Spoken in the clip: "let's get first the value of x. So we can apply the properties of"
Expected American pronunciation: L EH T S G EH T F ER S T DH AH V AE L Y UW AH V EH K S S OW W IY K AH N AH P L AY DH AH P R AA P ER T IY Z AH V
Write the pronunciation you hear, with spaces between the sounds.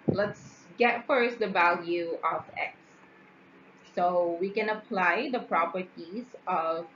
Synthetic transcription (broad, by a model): L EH T S G EH T F ER S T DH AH V AE L Y UW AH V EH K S S OW W IY K AH N AH P L AY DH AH P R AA P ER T IY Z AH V